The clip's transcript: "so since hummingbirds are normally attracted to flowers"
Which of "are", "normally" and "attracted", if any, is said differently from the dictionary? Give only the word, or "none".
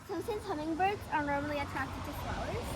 none